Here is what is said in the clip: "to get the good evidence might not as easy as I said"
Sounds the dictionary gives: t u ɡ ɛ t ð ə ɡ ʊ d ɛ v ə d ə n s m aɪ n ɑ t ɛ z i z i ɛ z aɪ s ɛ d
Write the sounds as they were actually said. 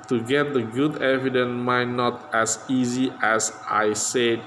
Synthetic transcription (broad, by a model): t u ɡ ɛ t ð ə ɡ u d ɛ v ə d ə n m aɪ n ɑ t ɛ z i z i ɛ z aɪ s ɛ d